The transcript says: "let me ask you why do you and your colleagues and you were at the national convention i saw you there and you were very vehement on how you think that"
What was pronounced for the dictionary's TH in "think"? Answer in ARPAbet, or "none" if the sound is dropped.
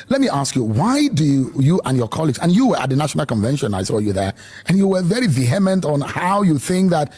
TH